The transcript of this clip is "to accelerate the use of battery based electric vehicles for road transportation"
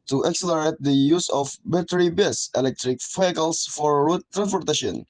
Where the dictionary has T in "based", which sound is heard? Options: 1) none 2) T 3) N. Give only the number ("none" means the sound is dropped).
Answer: 1